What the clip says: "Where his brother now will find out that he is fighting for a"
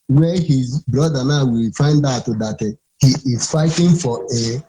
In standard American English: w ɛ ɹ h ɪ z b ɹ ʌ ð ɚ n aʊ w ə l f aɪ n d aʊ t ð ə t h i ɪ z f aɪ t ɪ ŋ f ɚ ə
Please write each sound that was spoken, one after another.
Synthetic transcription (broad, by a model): w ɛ h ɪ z b ɹ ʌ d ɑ n aʊ w ə l f aɪ n d aʊ t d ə t h i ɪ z f aɪ t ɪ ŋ f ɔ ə